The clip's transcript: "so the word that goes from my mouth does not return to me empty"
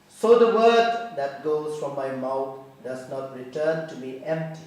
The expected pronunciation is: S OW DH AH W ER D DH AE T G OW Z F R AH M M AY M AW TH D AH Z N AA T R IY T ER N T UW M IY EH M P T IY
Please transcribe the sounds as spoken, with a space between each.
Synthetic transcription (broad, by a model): S OW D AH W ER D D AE T G OW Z F R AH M M AY M AW T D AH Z N AA T R IY T ER N T UW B IY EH M P T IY